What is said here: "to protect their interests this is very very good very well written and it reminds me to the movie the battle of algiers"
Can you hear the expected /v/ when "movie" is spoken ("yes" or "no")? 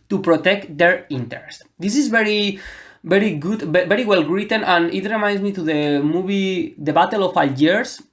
no